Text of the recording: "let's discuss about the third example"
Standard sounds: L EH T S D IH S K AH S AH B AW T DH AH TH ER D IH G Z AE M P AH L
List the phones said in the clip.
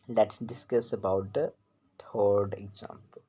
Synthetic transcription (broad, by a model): L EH T S D IH S K AH S AH B AW T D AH T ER D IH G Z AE M P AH L